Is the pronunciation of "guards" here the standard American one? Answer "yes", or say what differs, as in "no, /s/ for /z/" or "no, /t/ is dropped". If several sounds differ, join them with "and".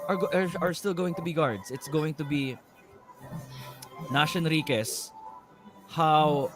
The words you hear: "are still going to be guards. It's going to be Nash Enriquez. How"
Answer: no, /s/ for /z/